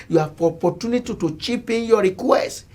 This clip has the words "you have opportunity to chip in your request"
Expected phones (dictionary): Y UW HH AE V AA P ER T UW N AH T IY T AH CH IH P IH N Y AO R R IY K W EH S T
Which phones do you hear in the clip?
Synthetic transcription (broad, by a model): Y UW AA P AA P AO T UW N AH T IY T AH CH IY P IH N Y AO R R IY K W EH S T